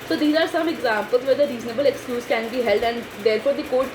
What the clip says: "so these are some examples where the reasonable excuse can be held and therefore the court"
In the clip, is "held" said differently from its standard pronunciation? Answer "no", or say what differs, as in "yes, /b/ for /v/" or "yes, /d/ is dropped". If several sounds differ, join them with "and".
no